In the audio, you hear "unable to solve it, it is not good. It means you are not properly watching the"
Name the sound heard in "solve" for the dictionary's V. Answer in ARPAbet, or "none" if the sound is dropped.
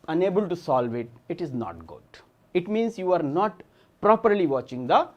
V